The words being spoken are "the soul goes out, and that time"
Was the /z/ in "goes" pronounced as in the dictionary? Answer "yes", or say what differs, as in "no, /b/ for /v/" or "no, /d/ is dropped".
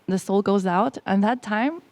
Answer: yes